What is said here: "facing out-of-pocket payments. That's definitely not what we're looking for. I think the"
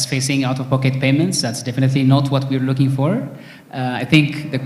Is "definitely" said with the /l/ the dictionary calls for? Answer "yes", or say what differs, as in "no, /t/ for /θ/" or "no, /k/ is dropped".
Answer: yes